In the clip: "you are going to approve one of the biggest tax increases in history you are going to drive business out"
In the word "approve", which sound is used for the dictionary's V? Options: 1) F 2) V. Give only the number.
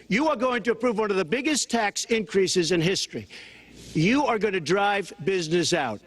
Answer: 2